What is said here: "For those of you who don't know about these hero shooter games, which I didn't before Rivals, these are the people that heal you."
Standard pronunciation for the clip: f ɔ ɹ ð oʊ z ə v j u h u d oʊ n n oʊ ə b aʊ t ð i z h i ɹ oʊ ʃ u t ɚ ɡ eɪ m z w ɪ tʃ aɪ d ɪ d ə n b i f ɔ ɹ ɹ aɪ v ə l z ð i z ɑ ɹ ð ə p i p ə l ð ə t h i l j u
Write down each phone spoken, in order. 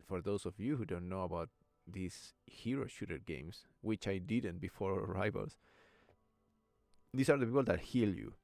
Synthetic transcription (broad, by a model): f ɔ ɹ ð oʊ s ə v j u h u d oʊ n n oʊ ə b aʊ t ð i s h i ɹ oʊ ʃ u t ɚ ɡ eɪ m s w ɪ tʃ aɪ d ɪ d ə n b i f ɔ ɹ ɹ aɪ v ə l s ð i s ɑ ɹ ð ə p i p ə l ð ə t h i l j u